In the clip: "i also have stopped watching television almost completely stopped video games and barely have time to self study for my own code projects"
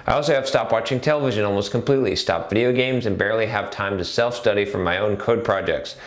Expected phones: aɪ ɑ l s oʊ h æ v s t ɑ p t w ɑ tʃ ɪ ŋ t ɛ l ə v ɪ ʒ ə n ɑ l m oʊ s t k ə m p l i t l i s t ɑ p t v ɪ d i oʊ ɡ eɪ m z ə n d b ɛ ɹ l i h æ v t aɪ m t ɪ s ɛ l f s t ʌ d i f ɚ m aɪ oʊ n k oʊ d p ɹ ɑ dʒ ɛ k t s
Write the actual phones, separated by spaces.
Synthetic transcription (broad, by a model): aɪ ɑ l s oʊ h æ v s t ɑ p w ɑ tʃ ɪ ŋ t ɛ l ə v ɪ ʒ ə n ɑ l m oʊ s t k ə m p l i t l i s t ɑ p v ɪ d i oʊ ɡ eɪ m z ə n b ɛ ɹ l i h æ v t aɪ m t ɪ s ɛ l f s t ʌ d i f ɚ m aɪ oʊ n k oʊ d p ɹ ɑ dʒ ɛ k t s